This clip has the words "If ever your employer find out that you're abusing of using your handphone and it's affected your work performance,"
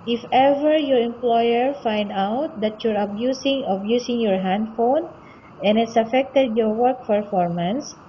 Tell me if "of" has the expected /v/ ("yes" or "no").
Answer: no